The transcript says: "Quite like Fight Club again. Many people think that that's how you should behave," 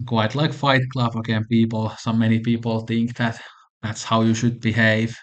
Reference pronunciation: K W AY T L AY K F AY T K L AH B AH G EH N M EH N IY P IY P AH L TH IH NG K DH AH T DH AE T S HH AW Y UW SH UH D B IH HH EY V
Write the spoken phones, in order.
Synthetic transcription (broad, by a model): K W AY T L AY K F AY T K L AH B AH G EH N M EH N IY P IY P AH L TH IH NG K DH AH T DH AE T S HH AW Y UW SH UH D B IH HH EY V